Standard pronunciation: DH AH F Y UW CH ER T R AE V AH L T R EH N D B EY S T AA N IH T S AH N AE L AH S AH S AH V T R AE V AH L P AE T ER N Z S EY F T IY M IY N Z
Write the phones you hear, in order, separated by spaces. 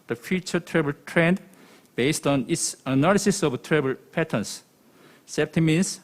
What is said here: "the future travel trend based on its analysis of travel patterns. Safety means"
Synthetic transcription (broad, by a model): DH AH F Y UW CH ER T R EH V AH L T R EH N D B EY S T AA N IH T S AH N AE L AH S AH S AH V T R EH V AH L P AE T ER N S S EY P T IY M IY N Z